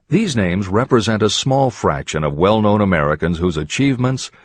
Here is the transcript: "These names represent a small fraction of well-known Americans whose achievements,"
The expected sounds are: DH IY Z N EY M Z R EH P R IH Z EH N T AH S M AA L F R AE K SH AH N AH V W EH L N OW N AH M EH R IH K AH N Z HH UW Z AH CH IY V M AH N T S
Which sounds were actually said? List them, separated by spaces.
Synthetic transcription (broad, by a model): DH IY Z N EY M Z R EH P R IH Z EH N T AH S M AA L F R AE K SH AH N AH V W EH L N OW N AH M EH R IH K AH N Z HH UW Z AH CH IY V M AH N T S